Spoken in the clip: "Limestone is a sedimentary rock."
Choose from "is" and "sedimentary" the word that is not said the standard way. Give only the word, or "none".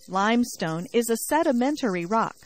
none